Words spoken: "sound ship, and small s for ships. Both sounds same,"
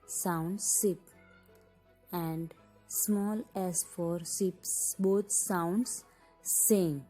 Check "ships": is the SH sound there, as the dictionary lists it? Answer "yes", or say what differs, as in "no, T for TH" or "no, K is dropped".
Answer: no, S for SH